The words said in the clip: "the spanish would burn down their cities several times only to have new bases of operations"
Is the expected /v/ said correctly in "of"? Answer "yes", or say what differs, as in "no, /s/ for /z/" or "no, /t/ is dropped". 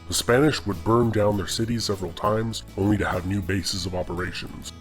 yes